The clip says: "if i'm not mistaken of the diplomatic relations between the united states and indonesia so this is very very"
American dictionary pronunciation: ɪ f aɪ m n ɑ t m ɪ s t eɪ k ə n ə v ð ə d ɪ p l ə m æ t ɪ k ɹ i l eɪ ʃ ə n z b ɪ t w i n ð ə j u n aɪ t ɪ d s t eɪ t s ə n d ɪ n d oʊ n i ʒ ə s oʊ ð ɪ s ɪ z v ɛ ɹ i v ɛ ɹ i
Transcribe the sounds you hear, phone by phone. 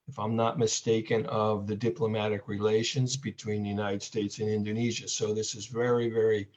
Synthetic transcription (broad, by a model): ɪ f aɪ m n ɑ t m ɪ s t eɪ k ə n ə v ð ə d ɪ p l ə m æ t ɪ k ɹ i l eɪ ʃ ə n z b ɪ t w i n ð ə j u n aɪ t ɪ d s t eɪ t s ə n ɪ n d oʊ n i ʒ ə s oʊ ð ɪ s ɪ z v ɛ ɹ i v ɛ ɹ i